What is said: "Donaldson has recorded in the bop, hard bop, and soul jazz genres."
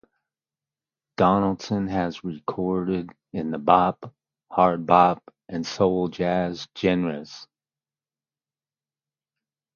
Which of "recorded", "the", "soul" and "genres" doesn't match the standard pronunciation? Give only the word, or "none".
genres